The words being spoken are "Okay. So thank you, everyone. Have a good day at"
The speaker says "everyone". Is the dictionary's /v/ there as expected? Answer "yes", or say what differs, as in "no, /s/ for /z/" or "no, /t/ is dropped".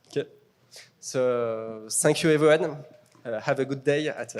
yes